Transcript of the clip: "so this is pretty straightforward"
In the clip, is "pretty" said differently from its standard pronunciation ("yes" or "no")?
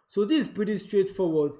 yes